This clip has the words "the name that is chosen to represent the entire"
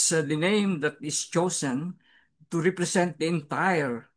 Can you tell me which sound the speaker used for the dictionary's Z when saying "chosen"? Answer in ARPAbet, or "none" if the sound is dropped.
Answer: S